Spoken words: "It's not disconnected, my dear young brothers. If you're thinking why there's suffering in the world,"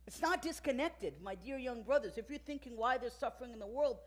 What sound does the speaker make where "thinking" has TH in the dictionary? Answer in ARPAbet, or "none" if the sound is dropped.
TH